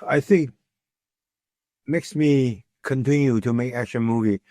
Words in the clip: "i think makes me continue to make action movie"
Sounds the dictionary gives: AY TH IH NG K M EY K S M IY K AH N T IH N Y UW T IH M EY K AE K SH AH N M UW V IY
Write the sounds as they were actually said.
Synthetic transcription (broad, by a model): AY TH IH NG K M EY K S M IY K AH N T IH N Y UW T IH M EY K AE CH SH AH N M UW V IY